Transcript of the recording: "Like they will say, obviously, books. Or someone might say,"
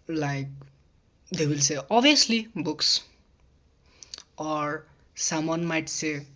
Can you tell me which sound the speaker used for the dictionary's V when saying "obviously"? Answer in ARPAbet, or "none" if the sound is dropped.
none